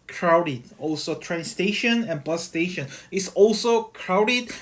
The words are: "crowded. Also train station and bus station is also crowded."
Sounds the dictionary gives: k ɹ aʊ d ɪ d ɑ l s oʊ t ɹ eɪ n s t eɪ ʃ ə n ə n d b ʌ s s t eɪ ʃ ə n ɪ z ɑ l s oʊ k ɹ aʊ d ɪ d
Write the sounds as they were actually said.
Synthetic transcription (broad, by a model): k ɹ aʊ d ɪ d ɑ l s oʊ t ɹ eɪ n s t eɪ ʃ ə n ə n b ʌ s s t eɪ ʃ ə n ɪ s ɑ l s oʊ k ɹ aʊ d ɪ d